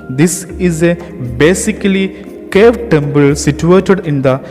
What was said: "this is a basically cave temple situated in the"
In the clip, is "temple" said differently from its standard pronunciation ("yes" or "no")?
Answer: yes